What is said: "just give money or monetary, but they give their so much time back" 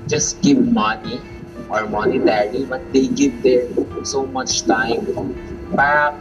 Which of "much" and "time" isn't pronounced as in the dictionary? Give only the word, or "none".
none